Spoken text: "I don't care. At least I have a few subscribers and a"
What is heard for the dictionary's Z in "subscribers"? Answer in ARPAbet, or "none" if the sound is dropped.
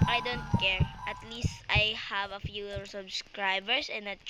S